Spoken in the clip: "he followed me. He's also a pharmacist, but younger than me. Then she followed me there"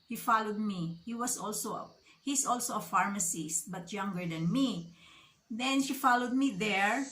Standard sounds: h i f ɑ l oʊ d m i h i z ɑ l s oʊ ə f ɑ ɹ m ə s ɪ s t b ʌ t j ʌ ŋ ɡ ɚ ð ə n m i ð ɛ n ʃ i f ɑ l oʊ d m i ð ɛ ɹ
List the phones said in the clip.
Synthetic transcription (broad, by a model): h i f ɑ l oʊ d m i h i s ɑ l s oʊ ə f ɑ ɹ m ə s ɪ s b ʌ t j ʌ ŋ ɡ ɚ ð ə n m i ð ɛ n ʃ i f ɑ l oʊ d m i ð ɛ ɹ